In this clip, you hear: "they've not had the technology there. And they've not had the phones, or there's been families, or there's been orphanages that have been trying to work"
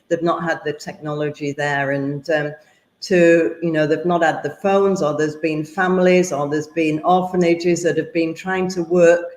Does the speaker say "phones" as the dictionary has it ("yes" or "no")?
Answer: yes